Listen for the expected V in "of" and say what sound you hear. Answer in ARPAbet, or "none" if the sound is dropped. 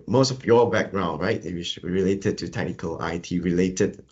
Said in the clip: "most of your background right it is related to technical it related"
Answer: F